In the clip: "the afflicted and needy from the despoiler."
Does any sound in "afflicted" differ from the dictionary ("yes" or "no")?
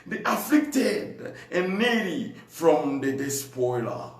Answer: no